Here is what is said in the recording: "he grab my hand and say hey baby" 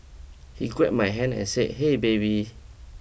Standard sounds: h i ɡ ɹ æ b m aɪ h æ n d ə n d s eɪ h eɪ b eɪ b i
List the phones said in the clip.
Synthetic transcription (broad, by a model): h i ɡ w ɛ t m aɪ h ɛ n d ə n s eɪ h eɪ b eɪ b i